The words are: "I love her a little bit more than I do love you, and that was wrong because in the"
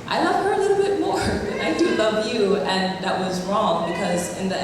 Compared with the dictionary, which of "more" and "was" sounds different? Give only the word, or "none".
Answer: none